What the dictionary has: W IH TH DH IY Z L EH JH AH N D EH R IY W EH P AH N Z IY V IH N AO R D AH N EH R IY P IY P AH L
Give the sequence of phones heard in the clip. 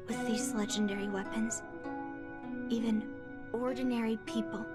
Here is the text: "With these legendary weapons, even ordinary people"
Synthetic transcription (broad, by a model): W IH DH IY Z L EH JH AH N D EH R IY W EH P AH N Z IY V IH N AO R D N EH R IY P IY P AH L